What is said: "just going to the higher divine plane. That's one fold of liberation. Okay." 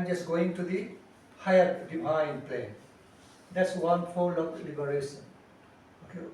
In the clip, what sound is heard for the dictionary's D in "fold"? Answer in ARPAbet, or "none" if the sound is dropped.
none